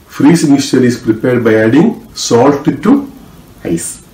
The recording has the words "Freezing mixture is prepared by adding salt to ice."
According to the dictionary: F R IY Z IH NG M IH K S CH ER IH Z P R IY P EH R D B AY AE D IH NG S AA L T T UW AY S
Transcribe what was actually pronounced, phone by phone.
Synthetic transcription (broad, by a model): F R IY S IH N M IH S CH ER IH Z P R IY P EH R D B AY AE D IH NG S AA L T T UW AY S